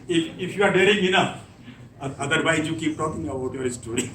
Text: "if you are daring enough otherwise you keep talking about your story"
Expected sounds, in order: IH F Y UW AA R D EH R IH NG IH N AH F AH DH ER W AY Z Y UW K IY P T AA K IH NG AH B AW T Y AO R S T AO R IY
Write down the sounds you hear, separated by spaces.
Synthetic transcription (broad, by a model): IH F Y UW AA R D EH R IH NG IH N AH F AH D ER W AY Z Y UW K IY P T AA K IH NG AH AW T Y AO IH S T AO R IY